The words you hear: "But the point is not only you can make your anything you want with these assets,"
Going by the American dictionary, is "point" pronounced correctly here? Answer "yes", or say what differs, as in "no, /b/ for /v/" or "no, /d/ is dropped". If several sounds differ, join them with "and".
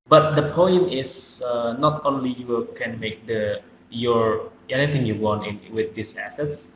yes